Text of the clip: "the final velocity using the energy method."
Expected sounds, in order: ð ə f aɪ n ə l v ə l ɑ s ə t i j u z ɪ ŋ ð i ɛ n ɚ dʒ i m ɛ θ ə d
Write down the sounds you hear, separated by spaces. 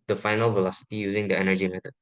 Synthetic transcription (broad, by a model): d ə f aɪ n ə l v ə l ɑ s ə t i j u z ɪ ŋ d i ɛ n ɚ dʒ i m ɛ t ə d